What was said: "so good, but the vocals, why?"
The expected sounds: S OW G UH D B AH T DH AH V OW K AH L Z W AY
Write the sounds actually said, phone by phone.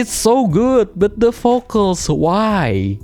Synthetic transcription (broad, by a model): S OW G UH D B AH T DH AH F OW K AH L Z W AY